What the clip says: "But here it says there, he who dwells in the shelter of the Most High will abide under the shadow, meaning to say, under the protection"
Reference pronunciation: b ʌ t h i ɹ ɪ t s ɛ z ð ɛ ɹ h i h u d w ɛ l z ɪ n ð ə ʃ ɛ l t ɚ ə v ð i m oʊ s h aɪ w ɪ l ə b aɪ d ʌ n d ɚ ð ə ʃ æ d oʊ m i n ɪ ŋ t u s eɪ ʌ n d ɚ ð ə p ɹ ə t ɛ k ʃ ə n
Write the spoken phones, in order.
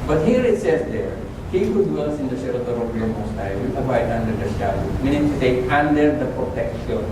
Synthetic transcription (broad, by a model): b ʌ t h i ɹ ɪ t s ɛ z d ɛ ɹ h i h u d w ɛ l s ɪ n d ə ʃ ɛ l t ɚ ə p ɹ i m oʊ s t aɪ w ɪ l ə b aɪ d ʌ n d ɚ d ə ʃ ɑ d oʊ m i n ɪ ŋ t u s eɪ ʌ n d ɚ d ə p ɹ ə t ɛ k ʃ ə n